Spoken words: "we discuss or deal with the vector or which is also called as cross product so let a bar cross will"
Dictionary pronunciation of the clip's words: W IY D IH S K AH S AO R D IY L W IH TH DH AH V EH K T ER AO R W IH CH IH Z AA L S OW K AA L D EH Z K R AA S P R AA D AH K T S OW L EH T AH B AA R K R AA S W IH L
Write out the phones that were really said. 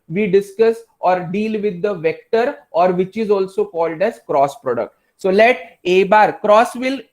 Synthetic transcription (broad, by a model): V IY D IH S K AH S AO R D IY L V IH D AH V EH K T ER AO R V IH CH IH Z AA L S OW K AA L D EH Z K R AA S P R AA D AH K T S OW L EH T AH B AA R K R AA S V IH L